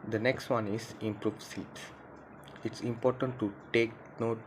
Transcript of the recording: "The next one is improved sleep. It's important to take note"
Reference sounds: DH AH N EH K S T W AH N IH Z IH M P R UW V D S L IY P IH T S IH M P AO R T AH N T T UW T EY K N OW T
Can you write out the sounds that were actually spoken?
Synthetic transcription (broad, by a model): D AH N EH K S T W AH N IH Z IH M P R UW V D S IY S IH T S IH M P AO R T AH N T T UW T EY K N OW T